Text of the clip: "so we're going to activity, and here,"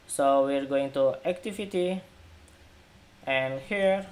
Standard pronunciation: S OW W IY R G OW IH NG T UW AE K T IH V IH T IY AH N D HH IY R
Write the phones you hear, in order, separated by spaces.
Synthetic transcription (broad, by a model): S OW W IY R G OW IH NG T UW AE K T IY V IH T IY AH N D HH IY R